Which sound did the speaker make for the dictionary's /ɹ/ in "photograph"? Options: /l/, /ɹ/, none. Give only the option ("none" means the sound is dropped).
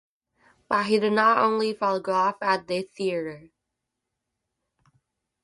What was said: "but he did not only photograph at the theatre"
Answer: none